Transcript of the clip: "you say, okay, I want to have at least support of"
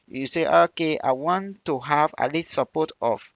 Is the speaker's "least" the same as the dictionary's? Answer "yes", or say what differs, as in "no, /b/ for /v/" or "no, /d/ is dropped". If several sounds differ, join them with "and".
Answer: no, /s/ is dropped